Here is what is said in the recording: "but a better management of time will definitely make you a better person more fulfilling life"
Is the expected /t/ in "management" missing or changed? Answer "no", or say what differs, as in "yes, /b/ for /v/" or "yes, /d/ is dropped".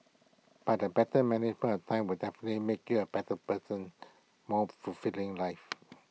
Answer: yes, /t/ is dropped